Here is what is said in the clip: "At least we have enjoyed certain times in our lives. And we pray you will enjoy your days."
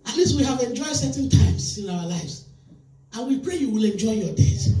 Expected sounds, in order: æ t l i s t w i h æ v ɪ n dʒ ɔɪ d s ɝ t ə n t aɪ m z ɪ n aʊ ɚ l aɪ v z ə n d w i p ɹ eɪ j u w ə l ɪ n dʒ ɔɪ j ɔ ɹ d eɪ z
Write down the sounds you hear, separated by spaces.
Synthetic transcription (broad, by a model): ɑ t l i s t w i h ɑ v ɪ n dʒ ɔɪ d s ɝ t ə n t aɪ m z ɪ n aʊ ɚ l aɪ v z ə n w i p ɹ eɪ j u w ə l ɪ n dʒ ɔɪ j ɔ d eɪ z